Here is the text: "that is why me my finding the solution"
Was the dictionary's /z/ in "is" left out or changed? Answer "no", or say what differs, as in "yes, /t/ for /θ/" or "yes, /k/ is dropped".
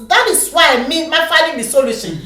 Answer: yes, /s/ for /z/